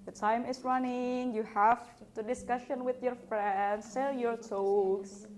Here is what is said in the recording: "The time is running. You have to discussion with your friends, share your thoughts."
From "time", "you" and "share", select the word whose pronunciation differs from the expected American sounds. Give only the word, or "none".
share